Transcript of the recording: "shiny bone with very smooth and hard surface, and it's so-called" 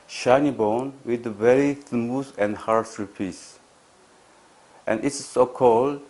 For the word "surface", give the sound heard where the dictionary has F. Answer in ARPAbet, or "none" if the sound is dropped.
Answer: P